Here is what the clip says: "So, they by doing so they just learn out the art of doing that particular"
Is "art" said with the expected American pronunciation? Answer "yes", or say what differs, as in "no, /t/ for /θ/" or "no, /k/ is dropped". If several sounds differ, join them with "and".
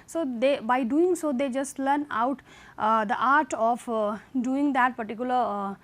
yes